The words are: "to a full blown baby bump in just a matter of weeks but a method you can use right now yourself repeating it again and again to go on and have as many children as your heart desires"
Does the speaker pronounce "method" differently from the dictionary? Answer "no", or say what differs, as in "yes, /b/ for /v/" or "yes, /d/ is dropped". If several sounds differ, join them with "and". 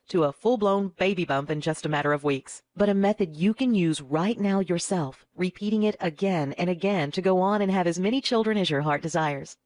no